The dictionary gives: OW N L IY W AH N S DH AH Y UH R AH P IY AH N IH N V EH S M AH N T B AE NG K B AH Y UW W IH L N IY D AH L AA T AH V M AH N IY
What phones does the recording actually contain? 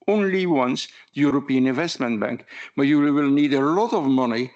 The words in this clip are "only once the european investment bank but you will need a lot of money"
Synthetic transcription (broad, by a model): OW N L IY W AH N S DH AH Y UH R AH P IY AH N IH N V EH S M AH N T B AE NG K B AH Y UW W IH L N IY D AH L AA T AH V M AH N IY